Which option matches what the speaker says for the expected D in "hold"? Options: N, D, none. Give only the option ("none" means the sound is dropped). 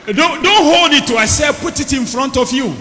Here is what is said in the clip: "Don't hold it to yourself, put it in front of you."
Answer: D